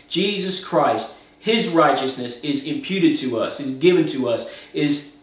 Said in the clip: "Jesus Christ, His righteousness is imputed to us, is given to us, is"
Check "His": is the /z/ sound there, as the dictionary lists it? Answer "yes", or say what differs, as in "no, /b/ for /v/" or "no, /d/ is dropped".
yes